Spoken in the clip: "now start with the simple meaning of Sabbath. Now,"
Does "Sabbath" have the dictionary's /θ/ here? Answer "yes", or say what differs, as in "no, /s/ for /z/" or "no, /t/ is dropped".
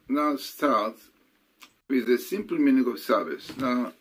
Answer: no, /s/ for /θ/